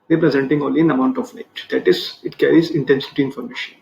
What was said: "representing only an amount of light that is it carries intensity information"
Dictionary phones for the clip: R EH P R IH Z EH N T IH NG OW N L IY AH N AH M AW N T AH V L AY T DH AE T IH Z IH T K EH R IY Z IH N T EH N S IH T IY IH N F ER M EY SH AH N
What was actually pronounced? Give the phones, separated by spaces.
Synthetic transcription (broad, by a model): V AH P R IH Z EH N T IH NG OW L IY AH N AH M AW N T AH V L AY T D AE T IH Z IH T K EH R IY Z IH N T EH N S IH T IY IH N F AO M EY SH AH N